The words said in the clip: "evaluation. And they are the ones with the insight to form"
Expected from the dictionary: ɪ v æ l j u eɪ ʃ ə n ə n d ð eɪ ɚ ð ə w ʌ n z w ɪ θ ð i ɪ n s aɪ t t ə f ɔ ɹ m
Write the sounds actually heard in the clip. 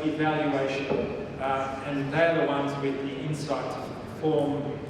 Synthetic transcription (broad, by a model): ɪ v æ l j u eɪ ʃ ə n ə n d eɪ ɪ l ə w ʌ n z w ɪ ð i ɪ n s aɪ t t f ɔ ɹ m